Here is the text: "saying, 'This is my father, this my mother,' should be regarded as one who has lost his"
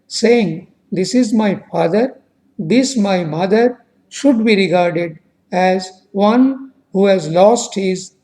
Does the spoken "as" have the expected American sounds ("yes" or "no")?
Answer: yes